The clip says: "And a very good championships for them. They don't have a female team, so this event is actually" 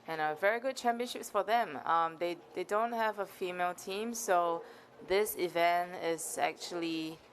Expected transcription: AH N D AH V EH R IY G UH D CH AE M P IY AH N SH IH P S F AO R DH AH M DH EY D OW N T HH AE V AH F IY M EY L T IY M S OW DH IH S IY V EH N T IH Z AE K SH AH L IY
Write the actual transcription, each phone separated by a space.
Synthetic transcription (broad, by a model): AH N AH V EH R IY G UH D CH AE M P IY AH N SH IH P S F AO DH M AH M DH EY D OW N T HH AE V AH F IY M EY L T IY M S OW DH IH S IY V EH N T IH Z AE K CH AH L IY